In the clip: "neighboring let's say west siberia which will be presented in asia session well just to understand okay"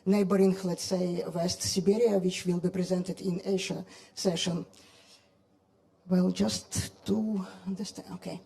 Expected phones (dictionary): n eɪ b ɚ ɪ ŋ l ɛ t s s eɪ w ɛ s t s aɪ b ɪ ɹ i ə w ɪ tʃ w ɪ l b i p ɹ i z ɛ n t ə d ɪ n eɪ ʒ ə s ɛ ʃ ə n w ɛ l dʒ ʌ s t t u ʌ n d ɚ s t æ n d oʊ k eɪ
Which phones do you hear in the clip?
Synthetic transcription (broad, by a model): n eɪ b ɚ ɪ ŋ l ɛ t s s eɪ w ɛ s t s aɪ b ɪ ɹ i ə w ɪ tʃ w ɪ l b i p ɹ i z ɛ n t ə d ɪ n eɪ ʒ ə s ɛ ʃ ə n w ɛ l dʒ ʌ s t t u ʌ n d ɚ s t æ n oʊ k eɪ